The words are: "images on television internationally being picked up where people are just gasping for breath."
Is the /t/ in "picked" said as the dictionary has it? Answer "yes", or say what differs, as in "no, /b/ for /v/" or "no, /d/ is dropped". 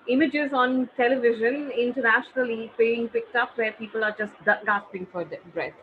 yes